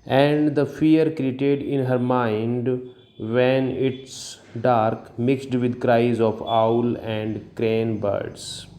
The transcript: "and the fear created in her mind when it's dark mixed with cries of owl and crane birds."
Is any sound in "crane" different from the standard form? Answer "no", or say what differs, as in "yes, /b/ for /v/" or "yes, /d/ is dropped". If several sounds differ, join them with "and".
no